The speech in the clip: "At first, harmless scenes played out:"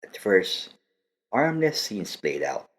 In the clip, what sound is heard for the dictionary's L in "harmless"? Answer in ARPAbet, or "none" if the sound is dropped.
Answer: N